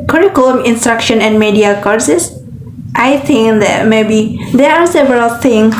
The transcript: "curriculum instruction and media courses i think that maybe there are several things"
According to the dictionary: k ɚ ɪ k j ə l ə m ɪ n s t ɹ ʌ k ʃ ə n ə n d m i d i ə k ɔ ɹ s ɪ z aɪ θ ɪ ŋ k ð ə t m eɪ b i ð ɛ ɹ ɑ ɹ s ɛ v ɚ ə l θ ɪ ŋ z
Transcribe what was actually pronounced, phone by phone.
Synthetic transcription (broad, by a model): k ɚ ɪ k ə l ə m ɪ n s t ɹ ʌ k ʃ ə n ə n d m i d i ə k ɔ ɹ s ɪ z aɪ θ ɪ ŋ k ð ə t m eɪ b i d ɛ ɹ ɑ ɹ s ɛ v ɚ ə l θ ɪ ŋ